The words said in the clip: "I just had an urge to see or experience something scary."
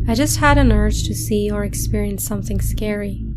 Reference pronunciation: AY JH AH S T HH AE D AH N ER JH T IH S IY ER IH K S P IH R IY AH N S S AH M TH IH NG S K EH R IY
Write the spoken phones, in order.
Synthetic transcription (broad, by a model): AY JH AH S T HH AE D AH N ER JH T IH S IY ER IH K S P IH R IY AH N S S AH M TH IH NG S K EH R IY